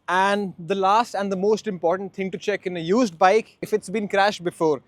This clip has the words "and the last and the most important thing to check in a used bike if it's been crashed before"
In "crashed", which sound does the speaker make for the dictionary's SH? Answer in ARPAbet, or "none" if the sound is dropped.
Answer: SH